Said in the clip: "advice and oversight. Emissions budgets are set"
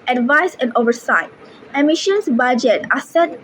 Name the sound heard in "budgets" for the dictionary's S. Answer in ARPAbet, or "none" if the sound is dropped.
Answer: none